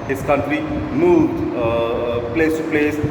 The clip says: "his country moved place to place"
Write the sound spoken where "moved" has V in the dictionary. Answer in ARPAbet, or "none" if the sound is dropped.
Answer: none